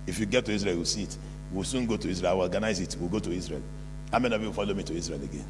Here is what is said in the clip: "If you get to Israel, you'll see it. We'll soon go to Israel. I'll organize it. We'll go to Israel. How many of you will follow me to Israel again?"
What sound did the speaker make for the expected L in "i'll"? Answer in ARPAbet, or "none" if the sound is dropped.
W